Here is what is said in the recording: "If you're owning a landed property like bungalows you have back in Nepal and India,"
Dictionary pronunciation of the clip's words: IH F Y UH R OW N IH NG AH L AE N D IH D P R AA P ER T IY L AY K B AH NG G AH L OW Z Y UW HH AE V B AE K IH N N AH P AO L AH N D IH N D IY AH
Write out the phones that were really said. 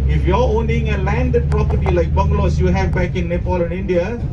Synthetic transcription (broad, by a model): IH F Y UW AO OW N IH NG AH L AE N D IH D P R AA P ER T IY L AY K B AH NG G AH L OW S Y UW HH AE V B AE K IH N N AH P AO L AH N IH N D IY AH